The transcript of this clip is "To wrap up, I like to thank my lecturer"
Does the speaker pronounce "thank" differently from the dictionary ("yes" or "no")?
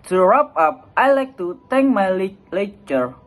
yes